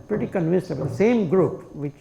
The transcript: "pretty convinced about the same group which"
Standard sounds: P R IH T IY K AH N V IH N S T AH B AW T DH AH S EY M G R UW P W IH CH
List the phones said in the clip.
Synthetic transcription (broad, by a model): P R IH T IY K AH N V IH N S AH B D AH S EY M G R UW P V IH CH